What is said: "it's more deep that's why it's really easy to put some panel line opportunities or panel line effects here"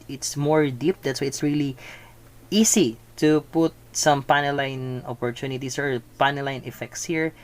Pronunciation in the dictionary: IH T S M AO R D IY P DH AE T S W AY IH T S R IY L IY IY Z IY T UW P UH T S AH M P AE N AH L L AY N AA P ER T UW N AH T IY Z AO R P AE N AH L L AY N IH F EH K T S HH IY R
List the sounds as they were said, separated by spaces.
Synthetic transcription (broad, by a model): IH T S M AO R D IY P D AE T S W AY IH T S R IY L IY IY S IY T UW P UH T S AH M P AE N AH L L AY N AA P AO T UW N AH T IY S AO R P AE N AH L L AY N IH F EH K T S HH IY R